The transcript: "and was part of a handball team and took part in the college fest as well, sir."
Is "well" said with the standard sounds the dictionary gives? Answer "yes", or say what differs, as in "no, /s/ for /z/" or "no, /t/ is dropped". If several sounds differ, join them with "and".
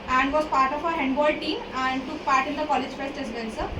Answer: no, /n/ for /l/